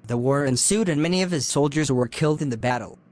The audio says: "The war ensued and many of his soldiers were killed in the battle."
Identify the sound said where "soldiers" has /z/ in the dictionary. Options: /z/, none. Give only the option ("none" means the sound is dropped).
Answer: /z/